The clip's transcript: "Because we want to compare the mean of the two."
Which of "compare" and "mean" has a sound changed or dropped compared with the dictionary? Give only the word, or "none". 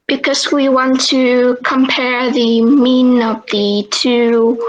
none